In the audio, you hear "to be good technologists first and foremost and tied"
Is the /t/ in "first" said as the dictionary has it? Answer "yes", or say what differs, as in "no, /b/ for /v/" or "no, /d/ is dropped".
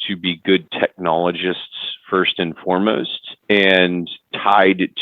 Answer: yes